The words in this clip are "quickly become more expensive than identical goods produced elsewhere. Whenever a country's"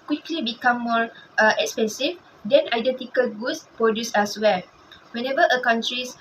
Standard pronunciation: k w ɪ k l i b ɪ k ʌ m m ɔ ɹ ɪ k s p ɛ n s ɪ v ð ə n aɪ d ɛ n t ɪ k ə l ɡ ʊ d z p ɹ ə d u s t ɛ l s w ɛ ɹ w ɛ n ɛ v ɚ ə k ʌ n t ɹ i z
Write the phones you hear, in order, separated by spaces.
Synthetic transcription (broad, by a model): k w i k l i b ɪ k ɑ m m ɔ ɹ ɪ k s p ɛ n s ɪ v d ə n aɪ d ɛ n t ɪ k ə l ɡ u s p ɹ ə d u s ɛ s w ɛ l w ɛ n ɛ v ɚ ə k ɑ n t ɹ i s